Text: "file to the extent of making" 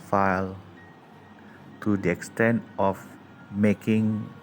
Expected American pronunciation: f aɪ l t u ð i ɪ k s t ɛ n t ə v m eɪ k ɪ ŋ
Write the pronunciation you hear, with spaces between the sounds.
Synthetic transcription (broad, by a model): f aɪ l t u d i ɪ k s t ɛ n t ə f m eɪ k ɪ ŋ